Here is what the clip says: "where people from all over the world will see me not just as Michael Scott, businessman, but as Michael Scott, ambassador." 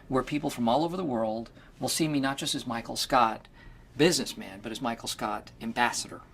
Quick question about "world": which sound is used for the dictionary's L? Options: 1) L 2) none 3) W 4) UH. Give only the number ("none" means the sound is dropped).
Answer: 1